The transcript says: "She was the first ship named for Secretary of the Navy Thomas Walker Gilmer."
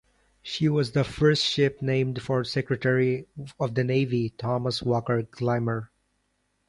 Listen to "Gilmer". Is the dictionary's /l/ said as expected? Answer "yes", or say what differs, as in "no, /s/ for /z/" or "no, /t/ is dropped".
no, /l/ is dropped